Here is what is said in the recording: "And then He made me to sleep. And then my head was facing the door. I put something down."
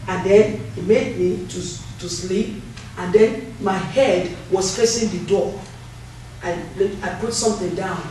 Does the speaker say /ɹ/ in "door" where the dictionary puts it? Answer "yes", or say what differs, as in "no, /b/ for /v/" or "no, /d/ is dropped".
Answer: no, /l/ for /ɹ/